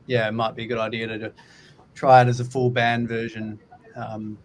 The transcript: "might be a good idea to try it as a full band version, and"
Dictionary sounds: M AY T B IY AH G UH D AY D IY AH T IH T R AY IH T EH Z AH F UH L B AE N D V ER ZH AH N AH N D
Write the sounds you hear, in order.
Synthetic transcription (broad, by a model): M AY T B IY AH G UH D AY D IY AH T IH T R AY IH T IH Z AH F UH L B AE N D V ER ZH AH N AH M